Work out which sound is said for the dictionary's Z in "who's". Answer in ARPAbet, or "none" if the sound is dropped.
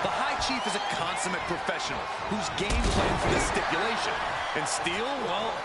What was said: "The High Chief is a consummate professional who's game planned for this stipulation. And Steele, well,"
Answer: Z